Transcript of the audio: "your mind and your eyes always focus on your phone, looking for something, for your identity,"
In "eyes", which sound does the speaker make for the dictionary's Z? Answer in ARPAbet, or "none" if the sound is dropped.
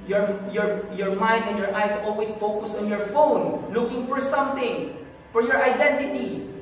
S